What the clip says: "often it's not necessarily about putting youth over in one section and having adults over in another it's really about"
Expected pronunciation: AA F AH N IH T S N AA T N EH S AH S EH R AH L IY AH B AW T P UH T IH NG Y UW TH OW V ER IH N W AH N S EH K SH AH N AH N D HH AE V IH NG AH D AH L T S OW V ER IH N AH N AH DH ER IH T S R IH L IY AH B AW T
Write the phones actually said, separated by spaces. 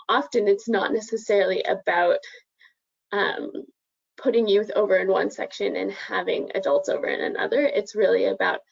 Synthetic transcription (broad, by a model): AA F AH N IH T S N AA T N EH S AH S EH R L IY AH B AW T P UH T IH NG Y UW TH OW V ER IH N W AH N S EH K SH AH N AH N HH AE V IH NG AH D AH L T S OW V ER IH N AH N AH DH ER IH T S R IH L IY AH B AW T